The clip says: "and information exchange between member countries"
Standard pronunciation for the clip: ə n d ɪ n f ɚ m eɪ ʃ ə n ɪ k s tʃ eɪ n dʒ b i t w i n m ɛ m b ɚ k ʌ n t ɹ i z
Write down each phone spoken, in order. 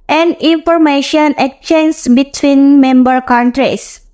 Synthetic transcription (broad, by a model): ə n d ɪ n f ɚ m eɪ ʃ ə n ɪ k tʃ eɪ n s b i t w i n m ɛ m b ɚ k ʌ n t ɹ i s